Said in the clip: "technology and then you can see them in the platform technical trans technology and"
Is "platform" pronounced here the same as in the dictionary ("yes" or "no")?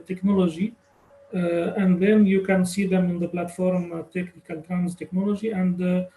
yes